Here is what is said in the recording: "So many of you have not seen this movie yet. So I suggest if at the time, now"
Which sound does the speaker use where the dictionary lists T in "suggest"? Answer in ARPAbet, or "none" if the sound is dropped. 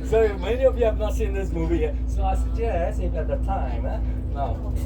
none